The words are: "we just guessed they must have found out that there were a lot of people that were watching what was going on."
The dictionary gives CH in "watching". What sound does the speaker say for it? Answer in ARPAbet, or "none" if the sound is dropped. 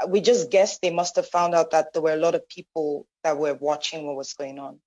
CH